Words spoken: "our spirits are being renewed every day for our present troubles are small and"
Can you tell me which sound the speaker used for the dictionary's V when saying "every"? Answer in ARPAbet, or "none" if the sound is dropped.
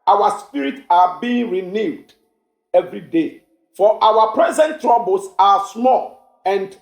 V